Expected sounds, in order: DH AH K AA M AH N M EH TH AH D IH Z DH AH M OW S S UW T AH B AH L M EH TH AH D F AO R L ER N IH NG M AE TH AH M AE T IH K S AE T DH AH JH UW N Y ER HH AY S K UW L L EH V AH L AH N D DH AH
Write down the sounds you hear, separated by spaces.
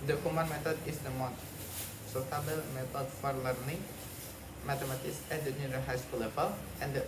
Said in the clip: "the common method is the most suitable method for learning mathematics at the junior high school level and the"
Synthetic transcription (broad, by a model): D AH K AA M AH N M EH T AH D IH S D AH M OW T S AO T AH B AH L M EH T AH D F AO R L ER N IH NG M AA T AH M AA T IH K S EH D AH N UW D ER HH AY S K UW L L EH P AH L AH N D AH